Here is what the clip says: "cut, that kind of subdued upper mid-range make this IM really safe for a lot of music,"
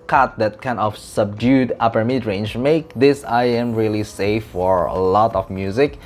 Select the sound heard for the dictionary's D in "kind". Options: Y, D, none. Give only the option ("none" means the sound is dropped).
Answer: none